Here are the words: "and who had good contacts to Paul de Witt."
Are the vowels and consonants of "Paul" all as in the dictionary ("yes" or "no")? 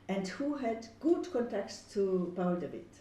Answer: no